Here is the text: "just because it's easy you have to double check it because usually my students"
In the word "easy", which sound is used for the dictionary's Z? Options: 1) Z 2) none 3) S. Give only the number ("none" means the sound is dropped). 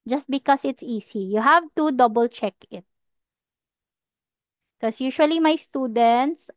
3